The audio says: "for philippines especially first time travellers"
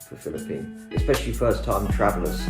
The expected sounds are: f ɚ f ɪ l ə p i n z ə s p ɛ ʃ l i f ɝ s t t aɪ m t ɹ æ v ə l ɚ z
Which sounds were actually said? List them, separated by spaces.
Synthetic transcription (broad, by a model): f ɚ f ɪ l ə p i n ə s p ɛ ʃ l i f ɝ s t t aɪ m t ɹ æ v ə l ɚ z